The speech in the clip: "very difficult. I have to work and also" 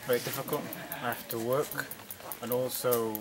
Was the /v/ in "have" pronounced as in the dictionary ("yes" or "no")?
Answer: no